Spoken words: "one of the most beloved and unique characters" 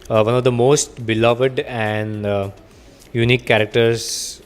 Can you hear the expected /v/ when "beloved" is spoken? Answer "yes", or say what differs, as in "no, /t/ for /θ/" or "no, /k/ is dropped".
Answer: yes